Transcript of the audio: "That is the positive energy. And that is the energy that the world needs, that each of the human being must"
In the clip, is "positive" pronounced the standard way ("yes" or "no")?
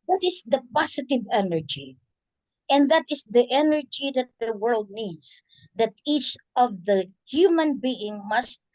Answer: no